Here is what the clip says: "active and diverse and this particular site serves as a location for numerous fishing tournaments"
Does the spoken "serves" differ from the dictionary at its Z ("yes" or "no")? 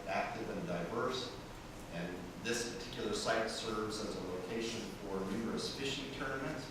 no